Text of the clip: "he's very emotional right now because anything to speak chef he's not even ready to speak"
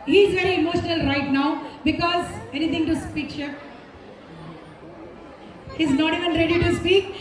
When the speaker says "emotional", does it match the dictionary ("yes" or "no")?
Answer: yes